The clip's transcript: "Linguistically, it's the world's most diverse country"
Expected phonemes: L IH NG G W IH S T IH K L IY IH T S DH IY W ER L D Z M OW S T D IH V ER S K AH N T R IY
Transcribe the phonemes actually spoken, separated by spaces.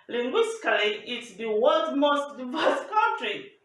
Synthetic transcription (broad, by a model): L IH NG G W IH S T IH K L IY IH T S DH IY W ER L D M OW S T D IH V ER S K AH N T R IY